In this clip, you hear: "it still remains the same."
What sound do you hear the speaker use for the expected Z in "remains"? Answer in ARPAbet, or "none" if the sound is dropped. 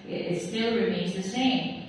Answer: Z